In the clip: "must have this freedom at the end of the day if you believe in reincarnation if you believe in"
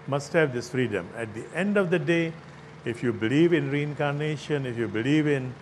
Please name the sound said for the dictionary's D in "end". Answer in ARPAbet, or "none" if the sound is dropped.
D